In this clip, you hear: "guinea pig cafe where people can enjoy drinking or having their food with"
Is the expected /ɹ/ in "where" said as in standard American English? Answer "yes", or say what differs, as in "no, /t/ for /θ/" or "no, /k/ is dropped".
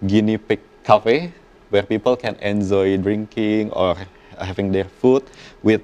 yes